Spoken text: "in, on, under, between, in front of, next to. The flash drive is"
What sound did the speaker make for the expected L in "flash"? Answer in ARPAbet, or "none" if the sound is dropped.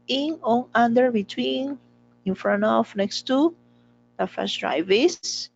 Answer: none